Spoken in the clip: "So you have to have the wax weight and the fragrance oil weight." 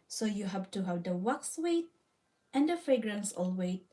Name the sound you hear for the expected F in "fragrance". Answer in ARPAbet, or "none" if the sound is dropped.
F